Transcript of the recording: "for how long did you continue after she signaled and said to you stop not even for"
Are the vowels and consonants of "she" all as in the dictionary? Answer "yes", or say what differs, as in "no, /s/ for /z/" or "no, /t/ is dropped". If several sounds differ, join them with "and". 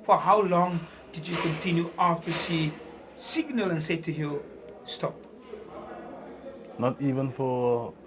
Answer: no, /s/ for /ʃ/